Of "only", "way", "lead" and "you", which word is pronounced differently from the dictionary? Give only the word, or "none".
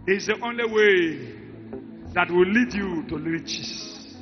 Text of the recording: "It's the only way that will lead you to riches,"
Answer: none